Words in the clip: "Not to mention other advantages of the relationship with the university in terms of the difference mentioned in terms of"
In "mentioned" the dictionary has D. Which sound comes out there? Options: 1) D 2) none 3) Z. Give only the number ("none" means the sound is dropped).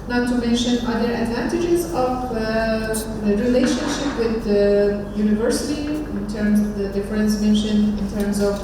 2